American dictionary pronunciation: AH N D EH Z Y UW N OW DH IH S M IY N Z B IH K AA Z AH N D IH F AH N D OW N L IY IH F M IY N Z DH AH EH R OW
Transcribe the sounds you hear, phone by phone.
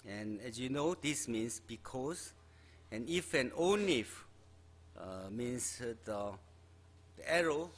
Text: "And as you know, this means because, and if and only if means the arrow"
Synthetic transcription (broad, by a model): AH N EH S Y UW N OW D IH S M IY N S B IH K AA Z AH N IH F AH N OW N IY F M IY N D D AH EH R OW